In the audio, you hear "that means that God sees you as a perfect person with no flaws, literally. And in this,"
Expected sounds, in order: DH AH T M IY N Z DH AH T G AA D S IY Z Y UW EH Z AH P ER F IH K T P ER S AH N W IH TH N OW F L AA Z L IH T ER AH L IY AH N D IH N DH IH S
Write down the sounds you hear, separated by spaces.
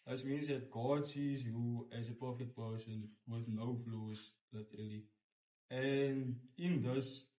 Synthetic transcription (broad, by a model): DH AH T M IY N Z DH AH T G AA D S IY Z Y UW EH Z AH P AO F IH T P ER S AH N W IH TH N OW F L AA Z L IH T ER AH L IY AH N D IH N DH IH S